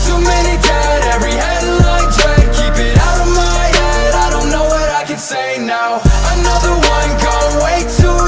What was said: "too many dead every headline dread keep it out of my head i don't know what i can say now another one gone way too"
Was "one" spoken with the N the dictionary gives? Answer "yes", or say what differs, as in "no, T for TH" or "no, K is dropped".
yes